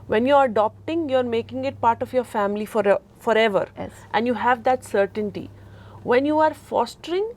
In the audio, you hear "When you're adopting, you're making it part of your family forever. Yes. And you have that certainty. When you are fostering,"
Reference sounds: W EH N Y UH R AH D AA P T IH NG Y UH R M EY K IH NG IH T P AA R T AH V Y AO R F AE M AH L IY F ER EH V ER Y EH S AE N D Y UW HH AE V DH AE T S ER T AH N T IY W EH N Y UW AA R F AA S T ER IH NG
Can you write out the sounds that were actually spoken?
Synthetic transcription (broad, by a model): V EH N Y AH R AH D AA P T IH NG Y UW R M EY K IH NG IH T P AA R T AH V Y AO R F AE M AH L IY F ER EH V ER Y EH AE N D Y UW HH AE V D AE T S ER T AH N T IY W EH N Y UW AA R F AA S T ER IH NG